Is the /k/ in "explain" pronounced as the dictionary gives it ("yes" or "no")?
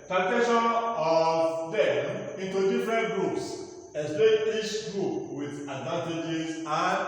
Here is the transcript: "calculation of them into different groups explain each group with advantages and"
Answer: no